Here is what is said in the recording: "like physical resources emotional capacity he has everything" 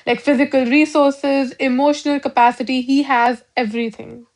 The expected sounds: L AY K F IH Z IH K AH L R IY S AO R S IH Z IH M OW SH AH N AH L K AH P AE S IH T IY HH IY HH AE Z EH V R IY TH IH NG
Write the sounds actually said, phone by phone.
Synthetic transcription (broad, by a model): L AY K F IH Z IH K AH L R IY S AO R S IH Z IH M OW SH AH N AH L K AH P AE S IH T IY HH IY HH AE Z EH V R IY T IH NG